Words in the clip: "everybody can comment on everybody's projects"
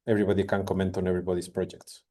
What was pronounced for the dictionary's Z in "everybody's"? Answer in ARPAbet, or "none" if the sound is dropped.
S